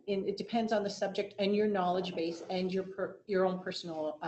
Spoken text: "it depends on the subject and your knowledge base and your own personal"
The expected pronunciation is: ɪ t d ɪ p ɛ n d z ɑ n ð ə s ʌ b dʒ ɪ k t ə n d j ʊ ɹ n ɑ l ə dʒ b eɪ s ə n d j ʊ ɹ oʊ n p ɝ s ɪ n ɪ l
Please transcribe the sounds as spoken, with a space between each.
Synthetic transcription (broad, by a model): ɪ t d ɪ p ɛ n d z n ð ə s ʌ b dʒ ɪ k t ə n j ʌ ɹ n ɑ l ə dʒ b eɪ s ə n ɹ j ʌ ɹ oʊ n p ɝ s n l